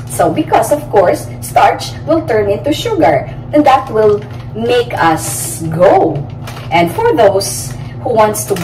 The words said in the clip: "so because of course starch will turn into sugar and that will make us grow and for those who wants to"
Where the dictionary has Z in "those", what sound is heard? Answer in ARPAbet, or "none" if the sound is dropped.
S